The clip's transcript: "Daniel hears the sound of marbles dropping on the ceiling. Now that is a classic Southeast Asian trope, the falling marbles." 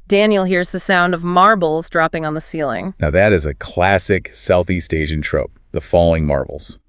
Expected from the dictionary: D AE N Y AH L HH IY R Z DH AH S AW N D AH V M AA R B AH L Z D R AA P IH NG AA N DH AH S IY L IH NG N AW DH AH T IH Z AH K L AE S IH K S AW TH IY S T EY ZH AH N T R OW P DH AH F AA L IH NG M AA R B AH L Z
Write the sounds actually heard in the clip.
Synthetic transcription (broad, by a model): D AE N Y L HH IY R Z DH AH S AW N D AH V M AA R B L Z D R AA P IH NG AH N DH AH S IY L IH NG N AW DH AH T IH Z AH K L AE S IH K S AW TH IY S T EY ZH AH N T R OW P DH AH F AA L IH NG M AA R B L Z